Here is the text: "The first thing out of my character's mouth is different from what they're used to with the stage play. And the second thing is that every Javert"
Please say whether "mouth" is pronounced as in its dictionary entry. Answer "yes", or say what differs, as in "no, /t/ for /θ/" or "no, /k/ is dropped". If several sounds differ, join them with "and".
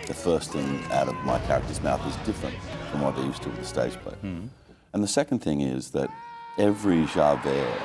yes